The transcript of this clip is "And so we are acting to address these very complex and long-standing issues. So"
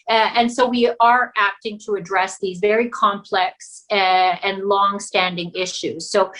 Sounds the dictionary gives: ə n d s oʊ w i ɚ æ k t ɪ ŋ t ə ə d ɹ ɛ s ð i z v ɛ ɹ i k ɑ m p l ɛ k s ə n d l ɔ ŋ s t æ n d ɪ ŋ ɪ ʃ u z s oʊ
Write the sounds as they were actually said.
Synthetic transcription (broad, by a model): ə n s oʊ w i ɚ æ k t ɪ ŋ t ə ə d ɹ ɛ s ð i z v ɛ ɹ i k ɑ m p l ɛ k s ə n l ɔ ŋ s t æ n d ɪ ŋ ɪ ʃ u z s oʊ